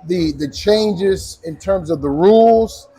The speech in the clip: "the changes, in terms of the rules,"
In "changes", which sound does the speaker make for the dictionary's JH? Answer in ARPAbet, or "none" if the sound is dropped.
JH